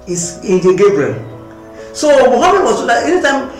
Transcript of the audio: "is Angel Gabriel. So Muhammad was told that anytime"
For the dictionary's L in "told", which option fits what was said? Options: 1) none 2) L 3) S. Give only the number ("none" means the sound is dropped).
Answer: 1